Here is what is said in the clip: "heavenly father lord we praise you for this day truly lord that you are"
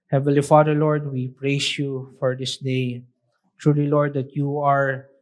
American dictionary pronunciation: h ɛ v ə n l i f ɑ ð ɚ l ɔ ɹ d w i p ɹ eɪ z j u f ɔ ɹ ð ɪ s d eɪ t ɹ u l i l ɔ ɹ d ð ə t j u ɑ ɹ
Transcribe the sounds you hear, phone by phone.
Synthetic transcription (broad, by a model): h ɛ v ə l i f ɑ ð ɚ l ɔ ɹ d w i p ɹ eɪ s j u f ɔ ɹ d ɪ s d eɪ t ɹ u l i l ɔ ɹ d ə t j u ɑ ɹ